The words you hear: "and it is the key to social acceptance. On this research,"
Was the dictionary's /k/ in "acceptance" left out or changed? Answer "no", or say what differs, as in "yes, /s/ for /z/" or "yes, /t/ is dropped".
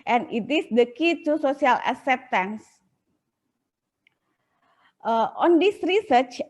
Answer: yes, /k/ is dropped